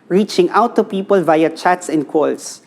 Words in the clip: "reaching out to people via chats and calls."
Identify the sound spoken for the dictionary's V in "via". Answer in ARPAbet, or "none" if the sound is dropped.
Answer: V